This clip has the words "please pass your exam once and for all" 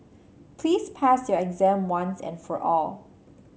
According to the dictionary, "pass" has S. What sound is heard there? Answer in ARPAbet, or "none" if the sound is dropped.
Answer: S